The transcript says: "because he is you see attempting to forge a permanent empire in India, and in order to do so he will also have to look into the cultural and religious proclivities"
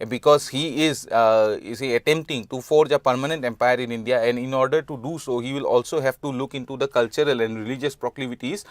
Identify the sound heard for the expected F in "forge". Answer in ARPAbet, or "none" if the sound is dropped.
F